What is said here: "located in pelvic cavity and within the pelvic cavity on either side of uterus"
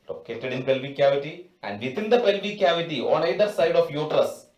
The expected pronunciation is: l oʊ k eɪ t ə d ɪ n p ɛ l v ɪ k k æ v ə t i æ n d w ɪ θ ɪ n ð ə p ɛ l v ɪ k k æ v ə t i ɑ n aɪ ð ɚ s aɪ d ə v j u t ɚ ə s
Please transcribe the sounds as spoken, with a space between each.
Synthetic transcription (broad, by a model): l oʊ k eɪ t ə d ɪ n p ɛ l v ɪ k k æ v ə t i æ n d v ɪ t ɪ n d ə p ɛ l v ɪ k k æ v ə t i ɑ n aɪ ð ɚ s aɪ d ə f j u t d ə s